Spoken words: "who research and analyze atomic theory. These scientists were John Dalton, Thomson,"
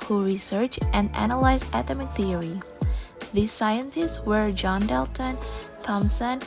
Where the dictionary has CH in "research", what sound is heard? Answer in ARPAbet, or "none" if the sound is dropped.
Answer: CH